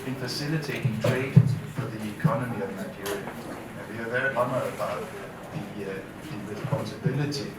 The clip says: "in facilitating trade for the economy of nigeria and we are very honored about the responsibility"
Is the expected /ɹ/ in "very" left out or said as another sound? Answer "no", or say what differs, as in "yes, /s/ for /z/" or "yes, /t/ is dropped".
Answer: yes, /ɹ/ is dropped